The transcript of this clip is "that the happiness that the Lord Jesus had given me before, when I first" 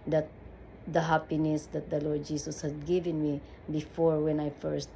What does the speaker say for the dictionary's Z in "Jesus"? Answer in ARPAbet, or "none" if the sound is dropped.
S